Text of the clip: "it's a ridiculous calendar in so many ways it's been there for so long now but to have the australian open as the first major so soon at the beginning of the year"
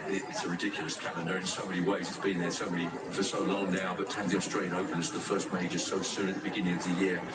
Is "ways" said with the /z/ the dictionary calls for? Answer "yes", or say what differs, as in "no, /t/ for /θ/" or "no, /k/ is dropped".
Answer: yes